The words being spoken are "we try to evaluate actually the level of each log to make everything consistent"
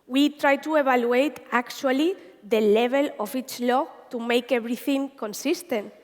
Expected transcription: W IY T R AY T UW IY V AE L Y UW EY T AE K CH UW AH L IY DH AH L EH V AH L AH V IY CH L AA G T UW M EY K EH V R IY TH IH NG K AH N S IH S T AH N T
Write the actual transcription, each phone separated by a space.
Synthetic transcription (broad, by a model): W IY T R AY T UW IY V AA L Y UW EY T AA K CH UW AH L IY DH AH L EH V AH L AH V IY CH L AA T UW M EY K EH B R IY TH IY NG K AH N S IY S T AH N T